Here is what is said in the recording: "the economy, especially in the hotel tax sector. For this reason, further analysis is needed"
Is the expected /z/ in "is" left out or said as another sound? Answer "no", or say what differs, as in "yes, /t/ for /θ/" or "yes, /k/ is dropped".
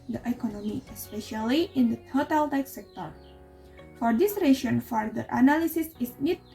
yes, /s/ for /z/